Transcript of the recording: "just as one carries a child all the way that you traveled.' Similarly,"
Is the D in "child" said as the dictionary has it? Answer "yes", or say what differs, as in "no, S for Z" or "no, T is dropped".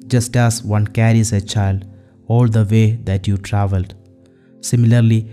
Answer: yes